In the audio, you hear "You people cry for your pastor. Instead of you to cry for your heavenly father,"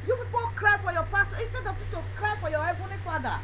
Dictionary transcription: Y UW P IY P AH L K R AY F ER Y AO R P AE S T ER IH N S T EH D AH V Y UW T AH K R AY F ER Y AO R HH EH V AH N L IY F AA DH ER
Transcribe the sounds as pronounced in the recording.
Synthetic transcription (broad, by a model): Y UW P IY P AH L K R AY F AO Y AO P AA S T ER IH N S T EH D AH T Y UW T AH K R AY F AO Y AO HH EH B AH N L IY F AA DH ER